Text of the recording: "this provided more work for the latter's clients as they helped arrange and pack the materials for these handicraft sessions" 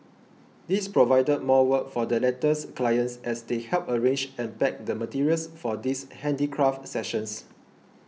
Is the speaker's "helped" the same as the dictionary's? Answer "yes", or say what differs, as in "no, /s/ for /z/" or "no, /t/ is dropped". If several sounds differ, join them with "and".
no, /t/ is dropped